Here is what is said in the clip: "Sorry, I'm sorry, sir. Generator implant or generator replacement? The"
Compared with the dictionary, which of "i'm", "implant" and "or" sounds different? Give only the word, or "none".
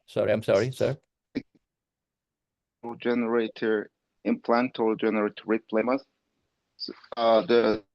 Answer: or